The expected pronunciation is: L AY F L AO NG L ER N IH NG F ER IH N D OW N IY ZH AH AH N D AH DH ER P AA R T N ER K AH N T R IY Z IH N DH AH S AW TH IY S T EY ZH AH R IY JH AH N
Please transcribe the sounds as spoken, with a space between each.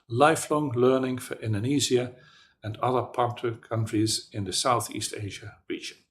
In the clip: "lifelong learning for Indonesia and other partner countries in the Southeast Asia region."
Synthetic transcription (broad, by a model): L AY F L AO NG L ER N IH NG F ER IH N D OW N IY Z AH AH N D AH DH ER P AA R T ER K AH N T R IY Z IH N DH AH S AW TH IY S T EY ZH AH R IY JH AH N